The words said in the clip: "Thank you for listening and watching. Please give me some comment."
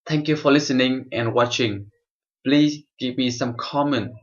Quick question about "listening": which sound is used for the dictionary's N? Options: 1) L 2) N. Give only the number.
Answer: 2